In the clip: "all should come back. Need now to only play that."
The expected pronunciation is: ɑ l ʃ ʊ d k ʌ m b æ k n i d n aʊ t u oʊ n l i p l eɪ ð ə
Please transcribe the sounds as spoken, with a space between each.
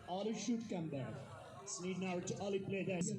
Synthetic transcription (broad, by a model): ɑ l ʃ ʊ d k ʌ m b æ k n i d n aʊ t u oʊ l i p l eɪ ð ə